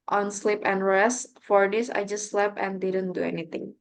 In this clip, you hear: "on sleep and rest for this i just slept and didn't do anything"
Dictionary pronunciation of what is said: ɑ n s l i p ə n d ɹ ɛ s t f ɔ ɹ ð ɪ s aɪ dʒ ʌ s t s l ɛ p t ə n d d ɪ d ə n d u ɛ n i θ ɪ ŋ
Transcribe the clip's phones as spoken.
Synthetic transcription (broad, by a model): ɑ n s l i p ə n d ɹ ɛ s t f ɔ ɹ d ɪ s aɪ dʒ ʌ s t s l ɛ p ə n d d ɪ d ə n d u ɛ n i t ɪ ŋ